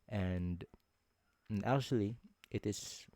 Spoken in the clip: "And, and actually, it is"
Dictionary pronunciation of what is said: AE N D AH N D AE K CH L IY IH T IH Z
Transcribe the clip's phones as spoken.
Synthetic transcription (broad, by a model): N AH N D AE K CH L IY IH T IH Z